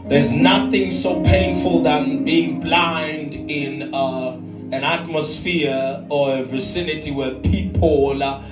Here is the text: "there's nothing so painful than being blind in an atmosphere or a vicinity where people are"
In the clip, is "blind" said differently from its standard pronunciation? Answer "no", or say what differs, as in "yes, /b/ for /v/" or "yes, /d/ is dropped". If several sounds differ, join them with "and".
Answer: no